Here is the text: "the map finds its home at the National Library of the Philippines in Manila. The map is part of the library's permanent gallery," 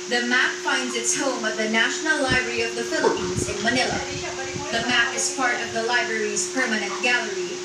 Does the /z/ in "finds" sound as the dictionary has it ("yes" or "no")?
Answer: yes